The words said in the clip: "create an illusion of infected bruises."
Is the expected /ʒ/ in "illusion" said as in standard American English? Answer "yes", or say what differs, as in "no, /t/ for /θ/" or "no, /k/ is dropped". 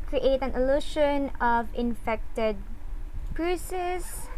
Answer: no, /ʃ/ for /ʒ/